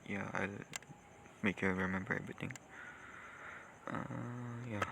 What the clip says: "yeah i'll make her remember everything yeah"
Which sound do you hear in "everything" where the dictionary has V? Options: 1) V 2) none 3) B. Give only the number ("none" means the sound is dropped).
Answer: 3